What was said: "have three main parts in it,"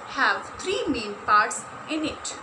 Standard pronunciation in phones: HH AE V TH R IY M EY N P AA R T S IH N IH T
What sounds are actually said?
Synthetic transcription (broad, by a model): HH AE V T R IY M EY N P AA R T S IH N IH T